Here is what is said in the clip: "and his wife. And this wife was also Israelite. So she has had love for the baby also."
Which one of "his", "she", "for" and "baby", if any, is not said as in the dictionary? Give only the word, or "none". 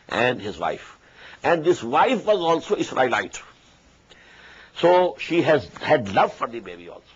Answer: none